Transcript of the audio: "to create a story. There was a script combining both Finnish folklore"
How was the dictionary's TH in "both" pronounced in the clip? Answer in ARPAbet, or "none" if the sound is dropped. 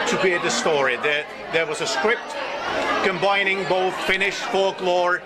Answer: TH